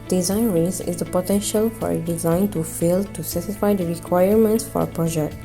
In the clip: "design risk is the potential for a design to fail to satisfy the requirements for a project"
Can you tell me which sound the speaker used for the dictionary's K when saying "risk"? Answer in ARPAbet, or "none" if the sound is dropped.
none